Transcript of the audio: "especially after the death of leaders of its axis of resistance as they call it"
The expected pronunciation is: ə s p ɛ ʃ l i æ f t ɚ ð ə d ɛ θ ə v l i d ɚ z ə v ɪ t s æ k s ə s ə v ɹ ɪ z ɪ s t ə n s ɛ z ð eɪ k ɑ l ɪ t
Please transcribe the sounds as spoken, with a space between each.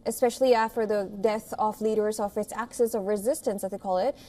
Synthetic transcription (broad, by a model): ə s p ɛ ʃ l i æ f t ɚ ð ə d ɛ θ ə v l i d ɚ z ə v ɪ t s æ k s ə s ə v ɹ ɪ z ɪ s t ə n s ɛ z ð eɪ k ɑ l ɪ t